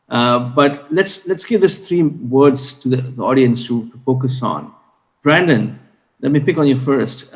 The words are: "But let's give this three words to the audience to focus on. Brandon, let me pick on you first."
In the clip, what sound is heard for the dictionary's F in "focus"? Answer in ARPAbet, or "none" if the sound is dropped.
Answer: F